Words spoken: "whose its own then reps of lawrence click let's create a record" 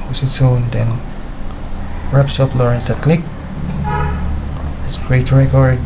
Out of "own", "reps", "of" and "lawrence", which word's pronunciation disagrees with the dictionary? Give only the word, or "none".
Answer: of